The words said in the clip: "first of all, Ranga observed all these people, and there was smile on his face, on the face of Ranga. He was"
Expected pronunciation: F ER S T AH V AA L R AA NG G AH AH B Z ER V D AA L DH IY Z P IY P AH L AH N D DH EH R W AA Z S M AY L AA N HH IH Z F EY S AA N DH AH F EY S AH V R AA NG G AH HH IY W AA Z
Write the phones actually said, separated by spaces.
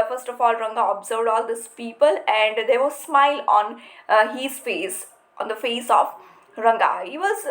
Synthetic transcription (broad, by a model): F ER S T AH F AA L R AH NG G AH AH B Z ER V D AA L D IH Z P IY P AH L AH N D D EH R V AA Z S M AY L AA N HH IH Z F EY S AA N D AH F EY S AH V R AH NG G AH HH IY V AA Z